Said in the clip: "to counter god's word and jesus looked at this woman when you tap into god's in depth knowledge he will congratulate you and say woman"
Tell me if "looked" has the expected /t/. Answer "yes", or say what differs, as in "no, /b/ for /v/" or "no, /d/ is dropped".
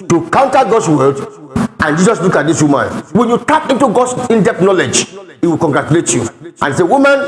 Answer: no, /t/ is dropped